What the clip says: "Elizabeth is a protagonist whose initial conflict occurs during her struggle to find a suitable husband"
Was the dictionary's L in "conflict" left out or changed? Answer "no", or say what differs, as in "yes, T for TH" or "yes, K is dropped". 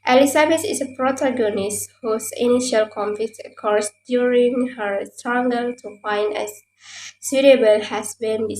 yes, L is dropped